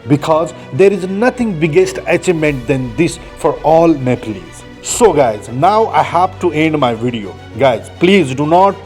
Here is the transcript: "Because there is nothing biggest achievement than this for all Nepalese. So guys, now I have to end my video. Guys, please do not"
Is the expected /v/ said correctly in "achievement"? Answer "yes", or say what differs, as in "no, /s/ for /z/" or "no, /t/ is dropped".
no, /v/ is dropped